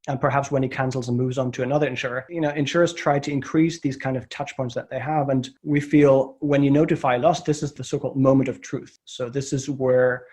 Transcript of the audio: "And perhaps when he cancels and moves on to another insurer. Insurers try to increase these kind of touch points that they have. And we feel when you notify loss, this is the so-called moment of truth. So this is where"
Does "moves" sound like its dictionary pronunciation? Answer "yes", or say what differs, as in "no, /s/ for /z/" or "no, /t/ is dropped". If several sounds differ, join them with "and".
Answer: yes